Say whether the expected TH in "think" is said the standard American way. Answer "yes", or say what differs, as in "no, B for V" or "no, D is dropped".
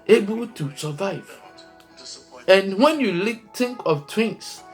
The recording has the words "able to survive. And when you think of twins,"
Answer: no, T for TH